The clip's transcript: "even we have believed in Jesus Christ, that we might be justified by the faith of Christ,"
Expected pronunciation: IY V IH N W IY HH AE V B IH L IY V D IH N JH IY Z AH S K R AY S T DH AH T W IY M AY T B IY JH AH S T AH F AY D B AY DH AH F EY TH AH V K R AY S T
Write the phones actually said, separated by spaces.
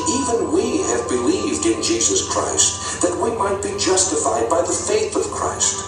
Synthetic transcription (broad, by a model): IY V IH N W IY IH V B IH L IY V D IH N JH IY Z AH S K R AY S T DH AH T W IY M AY T B IY JH AH S T AH F AY D B AY DH AH F EY TH AH V K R AY S T